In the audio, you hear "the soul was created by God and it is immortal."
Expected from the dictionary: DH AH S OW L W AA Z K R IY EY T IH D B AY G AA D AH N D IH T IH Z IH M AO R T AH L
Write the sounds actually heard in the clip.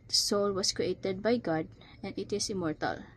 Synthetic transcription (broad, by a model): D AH S OW L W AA S K R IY EY T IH D B AY G AA D AH N D IH T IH S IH M AO R T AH L